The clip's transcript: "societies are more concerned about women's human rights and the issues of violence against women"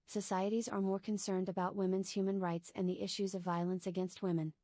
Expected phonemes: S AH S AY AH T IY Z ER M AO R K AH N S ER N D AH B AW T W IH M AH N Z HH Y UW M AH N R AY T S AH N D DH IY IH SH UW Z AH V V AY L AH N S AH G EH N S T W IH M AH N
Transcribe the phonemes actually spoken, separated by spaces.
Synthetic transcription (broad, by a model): S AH S AY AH T IY Z ER M AO R K AH N S ER N D AH B AW T W IH M AH N Z HH Y UW M AH N R AY T S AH N DH IY IH SH UW Z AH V V AY L AH N S AH G EH N S T W IH M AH N